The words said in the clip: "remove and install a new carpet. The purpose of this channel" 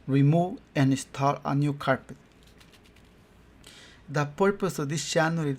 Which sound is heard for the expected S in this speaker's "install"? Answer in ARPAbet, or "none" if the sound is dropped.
S